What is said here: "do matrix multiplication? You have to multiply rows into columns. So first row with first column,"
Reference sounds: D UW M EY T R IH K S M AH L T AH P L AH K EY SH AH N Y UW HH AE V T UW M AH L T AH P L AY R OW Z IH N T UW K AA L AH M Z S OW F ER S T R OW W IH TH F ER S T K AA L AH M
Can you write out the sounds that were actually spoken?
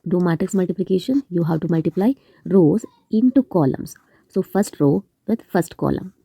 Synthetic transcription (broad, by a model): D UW M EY T IH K S M AH L T AH P L AH K EY SH AH N Y UW HH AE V T UW M AH L T AH P L AY R OW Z IH N T UW K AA L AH M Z S OW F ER S T R OW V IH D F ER S T K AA L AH M